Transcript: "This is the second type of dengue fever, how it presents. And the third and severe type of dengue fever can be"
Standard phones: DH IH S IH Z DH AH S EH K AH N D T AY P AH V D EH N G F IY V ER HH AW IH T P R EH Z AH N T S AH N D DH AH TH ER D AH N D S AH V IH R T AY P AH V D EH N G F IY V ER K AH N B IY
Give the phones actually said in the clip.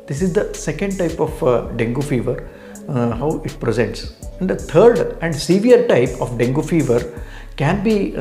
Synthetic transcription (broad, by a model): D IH S IH Z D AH S EH K AH N D T AY P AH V D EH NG G F IY V ER HH AW IH T P R EH Z AH N T S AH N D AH T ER D AH N D S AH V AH R T AY P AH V D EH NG G F IY V ER K AH N B IY